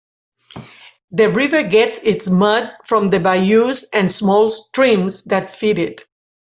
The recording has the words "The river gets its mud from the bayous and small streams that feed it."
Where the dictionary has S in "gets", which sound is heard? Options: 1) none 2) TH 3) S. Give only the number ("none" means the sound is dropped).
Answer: 3